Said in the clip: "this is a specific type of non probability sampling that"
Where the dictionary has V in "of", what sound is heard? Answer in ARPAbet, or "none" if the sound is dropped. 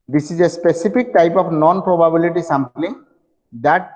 P